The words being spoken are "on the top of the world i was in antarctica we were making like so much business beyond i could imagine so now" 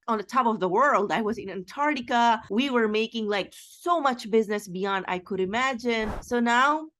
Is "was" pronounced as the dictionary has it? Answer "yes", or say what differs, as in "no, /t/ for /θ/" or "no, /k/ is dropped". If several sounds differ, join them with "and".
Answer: yes